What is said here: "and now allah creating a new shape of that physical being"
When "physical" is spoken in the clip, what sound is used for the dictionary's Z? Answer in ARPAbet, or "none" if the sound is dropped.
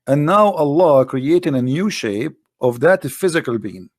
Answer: Z